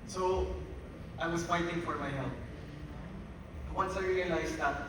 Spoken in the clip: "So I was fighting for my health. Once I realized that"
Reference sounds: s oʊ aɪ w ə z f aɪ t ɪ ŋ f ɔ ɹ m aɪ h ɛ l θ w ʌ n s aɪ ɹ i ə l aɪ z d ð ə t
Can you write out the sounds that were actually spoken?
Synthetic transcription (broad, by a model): s oʊ aɪ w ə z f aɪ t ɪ ŋ f ɔ ɹ m aɪ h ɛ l t w ʌ n s aɪ ɹ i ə l aɪ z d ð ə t